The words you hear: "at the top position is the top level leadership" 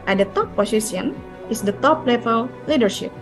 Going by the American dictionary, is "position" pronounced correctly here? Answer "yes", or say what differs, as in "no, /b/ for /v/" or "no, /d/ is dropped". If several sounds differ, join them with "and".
no, /s/ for /z/ and /ʃ/ is dropped